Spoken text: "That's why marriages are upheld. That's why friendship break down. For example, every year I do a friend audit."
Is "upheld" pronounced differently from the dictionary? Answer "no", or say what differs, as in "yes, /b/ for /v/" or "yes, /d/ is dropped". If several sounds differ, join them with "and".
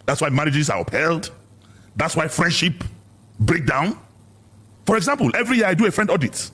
no